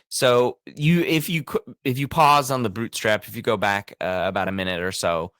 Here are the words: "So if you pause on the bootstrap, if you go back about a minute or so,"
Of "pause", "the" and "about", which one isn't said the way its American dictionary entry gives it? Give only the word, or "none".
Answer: none